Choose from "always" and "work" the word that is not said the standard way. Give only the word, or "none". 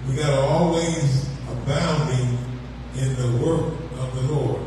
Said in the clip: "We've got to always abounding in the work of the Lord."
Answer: none